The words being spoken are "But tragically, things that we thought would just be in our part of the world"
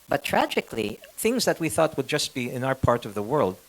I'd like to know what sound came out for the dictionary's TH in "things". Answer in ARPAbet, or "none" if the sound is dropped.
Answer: TH